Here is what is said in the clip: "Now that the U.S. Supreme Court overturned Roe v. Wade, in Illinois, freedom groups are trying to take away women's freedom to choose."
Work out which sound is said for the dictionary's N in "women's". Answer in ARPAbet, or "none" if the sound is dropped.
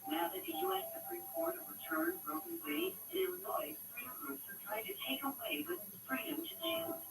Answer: none